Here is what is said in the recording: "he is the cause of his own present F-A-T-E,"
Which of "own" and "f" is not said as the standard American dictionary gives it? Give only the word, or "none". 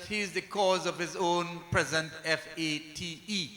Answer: none